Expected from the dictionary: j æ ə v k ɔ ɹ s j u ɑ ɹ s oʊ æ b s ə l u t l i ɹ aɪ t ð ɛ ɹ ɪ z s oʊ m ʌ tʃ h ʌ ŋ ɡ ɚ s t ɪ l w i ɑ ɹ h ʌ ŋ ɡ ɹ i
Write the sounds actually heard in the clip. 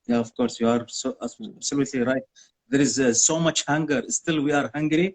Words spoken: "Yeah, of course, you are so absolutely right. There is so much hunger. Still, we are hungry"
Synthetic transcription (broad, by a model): j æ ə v k ɔ ɹ s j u ɑ ɹ s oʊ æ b s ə l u t l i ɹ aɪ t ð ɛ ɹ ɪ z s oʊ m ʌ tʃ h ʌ ŋ ɡ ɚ s t ɪ l w i ɑ ɹ h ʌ ŋ ɡ ɹ i